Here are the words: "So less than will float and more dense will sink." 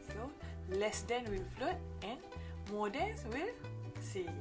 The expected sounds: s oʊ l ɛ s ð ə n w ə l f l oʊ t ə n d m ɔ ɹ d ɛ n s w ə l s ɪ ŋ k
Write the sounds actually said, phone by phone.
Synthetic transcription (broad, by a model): s oʊ l ɛ s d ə n w ə l f l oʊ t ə n m ɔ d ɛ n s w ə l s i